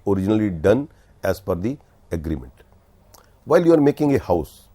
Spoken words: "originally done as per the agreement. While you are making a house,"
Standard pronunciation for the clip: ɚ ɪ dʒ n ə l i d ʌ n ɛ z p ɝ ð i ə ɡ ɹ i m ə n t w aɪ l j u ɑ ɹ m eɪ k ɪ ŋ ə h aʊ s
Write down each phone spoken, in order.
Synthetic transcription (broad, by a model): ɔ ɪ dʒ n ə l i d ʌ n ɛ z f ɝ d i ə ɡ ɹ i m ə n t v aɪ l j u ɑ ɹ m eɪ k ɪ ŋ ə h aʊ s